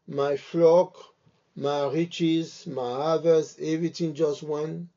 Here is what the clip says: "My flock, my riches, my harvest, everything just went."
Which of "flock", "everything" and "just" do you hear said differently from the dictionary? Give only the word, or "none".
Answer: everything